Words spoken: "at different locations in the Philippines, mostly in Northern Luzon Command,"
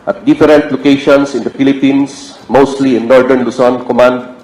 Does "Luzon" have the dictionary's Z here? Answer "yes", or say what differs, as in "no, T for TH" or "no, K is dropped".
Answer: no, S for Z